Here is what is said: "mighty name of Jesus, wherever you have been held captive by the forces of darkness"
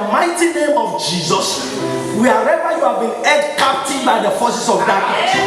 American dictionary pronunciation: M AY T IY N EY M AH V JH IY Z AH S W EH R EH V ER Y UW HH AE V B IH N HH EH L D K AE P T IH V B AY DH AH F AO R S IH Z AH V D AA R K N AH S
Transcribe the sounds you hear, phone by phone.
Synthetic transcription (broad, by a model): M AY T IY N EY M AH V JH IY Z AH S W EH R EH V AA Y UW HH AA V B IH N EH D K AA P T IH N B AY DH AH F AO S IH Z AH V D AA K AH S